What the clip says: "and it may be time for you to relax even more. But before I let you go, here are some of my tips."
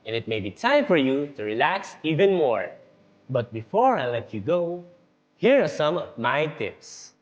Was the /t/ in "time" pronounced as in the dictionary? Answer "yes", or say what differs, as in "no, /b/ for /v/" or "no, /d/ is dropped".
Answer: yes